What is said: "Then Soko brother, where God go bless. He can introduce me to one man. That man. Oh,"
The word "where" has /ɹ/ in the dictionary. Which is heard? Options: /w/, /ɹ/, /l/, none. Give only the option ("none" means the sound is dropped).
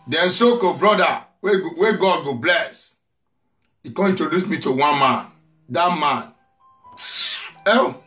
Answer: /w/